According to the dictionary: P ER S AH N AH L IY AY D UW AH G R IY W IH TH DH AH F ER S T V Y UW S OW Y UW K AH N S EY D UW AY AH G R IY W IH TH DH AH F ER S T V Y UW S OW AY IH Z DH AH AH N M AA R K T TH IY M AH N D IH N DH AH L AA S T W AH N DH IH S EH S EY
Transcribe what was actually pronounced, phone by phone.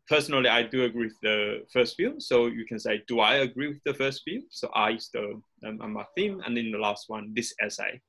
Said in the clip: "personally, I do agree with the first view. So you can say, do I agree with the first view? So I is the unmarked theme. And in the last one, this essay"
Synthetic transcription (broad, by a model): P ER S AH N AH L IY AY D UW AH G R IY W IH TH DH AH F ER S T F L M S OW Y UW K AH N S EY D UW AY AH G R IY W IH DH AH F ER S T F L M S OW AY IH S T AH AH M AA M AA TH IY M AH N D IH N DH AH L AA S T W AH N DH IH S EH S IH